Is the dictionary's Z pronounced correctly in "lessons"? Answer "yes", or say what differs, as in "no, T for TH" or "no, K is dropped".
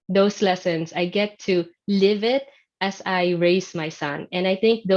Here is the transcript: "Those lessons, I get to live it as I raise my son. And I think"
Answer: no, S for Z